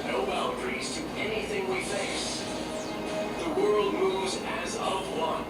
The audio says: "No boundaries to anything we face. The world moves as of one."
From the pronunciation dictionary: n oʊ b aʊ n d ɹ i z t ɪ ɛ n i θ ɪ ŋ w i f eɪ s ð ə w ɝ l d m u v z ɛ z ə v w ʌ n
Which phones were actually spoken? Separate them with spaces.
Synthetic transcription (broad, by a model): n oʊ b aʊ l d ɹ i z t ɪ ɛ n i θ ɪ ŋ w i f eɪ s ð ə w ɝ l d m u v z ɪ z ə v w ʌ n